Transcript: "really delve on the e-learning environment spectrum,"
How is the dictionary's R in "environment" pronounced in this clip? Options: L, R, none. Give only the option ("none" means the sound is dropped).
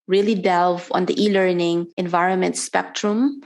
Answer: R